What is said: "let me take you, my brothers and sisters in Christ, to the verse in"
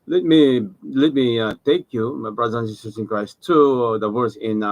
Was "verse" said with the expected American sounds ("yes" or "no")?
no